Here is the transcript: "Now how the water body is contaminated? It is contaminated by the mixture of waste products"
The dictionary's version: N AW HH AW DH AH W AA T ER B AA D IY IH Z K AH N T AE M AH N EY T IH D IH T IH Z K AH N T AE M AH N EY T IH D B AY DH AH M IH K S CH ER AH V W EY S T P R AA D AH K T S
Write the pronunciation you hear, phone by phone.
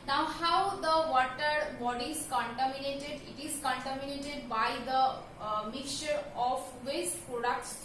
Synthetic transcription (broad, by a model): N AW HH AW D AH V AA T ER B AA D IY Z K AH N T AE M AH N EY T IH D IH T IH Z K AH N T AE M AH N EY T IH D B AY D AH M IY K CH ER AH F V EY S T P R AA D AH K T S